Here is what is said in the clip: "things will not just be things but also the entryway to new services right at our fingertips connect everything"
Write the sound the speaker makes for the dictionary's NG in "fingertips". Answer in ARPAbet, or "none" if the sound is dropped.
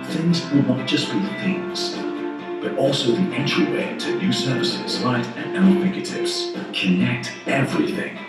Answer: none